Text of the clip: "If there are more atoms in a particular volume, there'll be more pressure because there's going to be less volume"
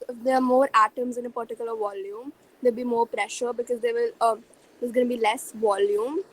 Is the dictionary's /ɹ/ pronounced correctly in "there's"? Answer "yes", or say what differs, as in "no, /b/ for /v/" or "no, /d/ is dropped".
no, /l/ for /ɹ/